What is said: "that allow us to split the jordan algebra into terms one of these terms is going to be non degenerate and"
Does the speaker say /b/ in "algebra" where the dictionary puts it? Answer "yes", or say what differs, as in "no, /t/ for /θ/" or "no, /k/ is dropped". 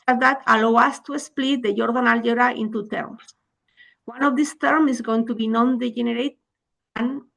no, /b/ is dropped